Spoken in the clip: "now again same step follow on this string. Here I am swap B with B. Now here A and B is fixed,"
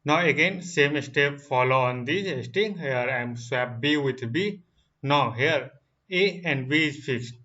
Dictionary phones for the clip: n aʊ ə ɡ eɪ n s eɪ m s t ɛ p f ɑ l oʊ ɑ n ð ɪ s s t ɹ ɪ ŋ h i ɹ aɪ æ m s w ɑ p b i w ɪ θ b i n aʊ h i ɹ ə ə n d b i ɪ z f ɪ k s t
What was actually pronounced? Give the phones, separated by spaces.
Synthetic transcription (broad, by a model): n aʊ ə ɡ eɪ n s eɪ m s t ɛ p f ɑ l oʊ ɑ n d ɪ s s t ɪ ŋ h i ɹ aɪ m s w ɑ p b i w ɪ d b i n aʊ h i ɹ ə ə n d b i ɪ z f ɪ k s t